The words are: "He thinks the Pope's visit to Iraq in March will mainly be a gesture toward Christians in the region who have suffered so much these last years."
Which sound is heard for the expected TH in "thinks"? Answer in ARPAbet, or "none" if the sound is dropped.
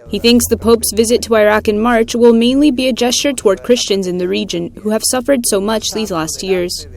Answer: TH